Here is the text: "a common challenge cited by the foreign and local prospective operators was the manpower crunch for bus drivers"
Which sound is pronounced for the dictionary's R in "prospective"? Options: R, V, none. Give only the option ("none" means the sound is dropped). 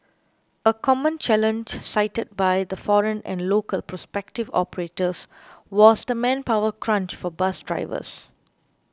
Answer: R